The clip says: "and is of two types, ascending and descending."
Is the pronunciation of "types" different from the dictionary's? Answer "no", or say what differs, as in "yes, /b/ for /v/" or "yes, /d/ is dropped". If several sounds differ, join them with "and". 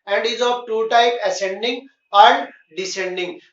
yes, /s/ is dropped